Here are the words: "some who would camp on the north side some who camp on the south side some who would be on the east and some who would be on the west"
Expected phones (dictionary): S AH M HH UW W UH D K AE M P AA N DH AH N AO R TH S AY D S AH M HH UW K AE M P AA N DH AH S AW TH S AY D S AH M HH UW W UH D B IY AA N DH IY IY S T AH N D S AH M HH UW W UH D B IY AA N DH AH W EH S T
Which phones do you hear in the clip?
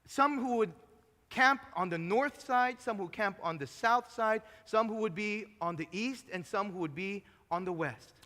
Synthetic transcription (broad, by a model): S AH M HH UW W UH D K AE M P N DH AH N AO R TH S AY D S AH M HH UW K AE M P N DH AH S AW TH S AY D S AH M HH UW W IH D B IY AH N DH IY IY S T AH N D S AH M HH UW W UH D B IY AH N DH AH W EH S T